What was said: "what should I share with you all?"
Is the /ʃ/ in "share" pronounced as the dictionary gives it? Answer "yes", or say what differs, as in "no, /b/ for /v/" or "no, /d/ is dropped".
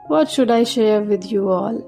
yes